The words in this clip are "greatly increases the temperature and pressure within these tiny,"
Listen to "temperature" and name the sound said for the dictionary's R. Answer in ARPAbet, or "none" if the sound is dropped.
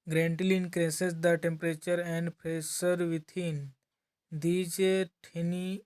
R